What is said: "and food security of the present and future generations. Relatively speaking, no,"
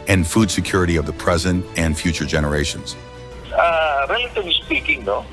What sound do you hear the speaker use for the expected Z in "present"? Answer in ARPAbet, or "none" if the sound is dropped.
Z